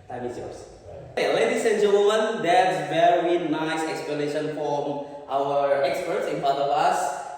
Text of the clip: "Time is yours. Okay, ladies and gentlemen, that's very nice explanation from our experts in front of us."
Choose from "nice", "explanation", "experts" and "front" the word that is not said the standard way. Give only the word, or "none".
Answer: front